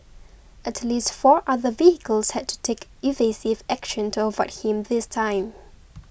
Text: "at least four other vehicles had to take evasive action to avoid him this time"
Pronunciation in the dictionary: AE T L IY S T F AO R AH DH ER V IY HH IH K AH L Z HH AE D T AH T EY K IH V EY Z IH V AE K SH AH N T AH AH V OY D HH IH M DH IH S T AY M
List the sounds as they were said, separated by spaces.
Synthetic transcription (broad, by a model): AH T L IY S T F AO R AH DH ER V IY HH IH K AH L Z HH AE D T AH T EY K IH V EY S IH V AE K SH AH N T AH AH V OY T HH IH M DH IH S T AY M